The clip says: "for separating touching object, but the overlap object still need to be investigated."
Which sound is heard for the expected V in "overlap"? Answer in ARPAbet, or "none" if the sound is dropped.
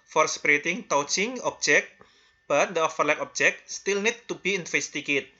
F